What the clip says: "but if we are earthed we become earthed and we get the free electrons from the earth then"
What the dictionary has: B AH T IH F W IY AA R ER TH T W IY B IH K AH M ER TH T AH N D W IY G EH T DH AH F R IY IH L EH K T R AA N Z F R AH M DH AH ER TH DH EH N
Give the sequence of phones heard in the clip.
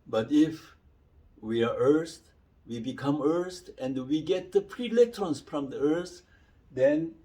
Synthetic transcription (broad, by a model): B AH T IH F W IY AA R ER S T W IY B IH K AH M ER S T AH N D W IY G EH T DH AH P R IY L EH K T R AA N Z F R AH M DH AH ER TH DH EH N